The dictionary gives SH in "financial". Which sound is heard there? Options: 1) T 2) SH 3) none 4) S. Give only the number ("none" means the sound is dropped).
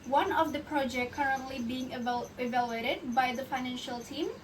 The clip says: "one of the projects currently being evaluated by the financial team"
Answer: 2